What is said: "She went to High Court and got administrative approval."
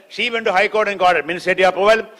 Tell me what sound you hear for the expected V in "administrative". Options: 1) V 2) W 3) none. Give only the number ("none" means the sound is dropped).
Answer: 3